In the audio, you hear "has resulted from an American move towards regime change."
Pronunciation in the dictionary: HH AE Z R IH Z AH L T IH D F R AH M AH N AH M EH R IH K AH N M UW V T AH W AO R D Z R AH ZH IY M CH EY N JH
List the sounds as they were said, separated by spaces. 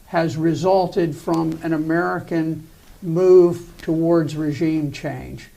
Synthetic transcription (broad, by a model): HH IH Z R IH Z AH L T IH D F R AH M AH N AH M EH R IH K AH N M UW V T AH W AO R D Z R AH ZH IY M CH EY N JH